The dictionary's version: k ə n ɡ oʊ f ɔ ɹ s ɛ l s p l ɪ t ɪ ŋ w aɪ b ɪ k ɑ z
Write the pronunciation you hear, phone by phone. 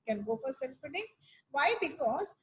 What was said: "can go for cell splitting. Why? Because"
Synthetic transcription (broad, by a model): k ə n ɡ oʊ f ɔ ɹ s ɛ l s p ɪ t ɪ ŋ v aɪ b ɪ k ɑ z